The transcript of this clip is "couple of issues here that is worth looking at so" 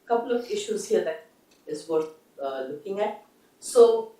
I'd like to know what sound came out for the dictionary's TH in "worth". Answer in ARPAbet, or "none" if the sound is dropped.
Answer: T